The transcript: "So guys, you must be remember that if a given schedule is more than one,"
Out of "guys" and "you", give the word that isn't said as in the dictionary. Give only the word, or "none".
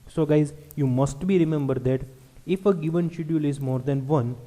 none